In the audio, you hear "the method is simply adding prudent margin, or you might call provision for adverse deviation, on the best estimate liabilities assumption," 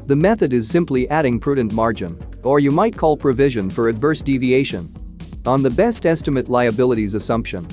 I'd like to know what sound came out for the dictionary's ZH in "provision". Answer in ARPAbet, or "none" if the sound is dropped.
ZH